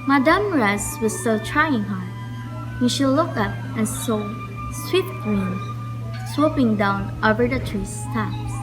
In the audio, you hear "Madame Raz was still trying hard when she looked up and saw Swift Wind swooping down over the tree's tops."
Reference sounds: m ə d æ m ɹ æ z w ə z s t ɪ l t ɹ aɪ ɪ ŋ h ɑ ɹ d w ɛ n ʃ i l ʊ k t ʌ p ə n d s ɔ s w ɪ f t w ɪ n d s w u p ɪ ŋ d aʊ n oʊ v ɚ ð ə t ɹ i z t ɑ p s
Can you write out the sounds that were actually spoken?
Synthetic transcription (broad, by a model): m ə d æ m ɹ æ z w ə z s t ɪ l t ɹ aɪ ɪ ŋ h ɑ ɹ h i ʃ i l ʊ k ʌ p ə n s ɔ s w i t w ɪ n s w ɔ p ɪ ŋ d aʊ n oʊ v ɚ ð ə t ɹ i s t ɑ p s